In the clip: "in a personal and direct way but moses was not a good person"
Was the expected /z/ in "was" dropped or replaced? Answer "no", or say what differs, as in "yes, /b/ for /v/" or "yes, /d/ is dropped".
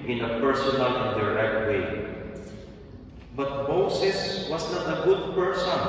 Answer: yes, /s/ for /z/